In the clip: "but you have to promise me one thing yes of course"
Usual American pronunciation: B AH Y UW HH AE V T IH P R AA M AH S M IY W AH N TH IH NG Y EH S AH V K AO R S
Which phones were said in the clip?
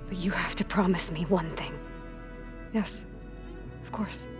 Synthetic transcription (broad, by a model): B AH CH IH HH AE F T IH P R AA M AH S M IY W AH N TH IH NG Y EH S AH V K AO R S